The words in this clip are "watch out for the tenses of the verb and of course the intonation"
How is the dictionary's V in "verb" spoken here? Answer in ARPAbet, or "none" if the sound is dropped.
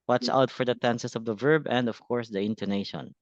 V